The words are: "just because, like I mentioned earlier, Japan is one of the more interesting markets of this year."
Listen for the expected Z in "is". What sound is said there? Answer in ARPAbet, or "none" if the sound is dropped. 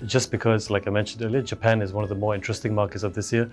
Z